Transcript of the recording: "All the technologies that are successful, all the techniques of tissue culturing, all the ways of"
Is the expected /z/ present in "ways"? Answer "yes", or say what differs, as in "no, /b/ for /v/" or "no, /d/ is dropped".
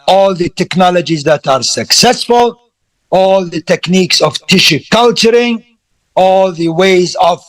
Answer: yes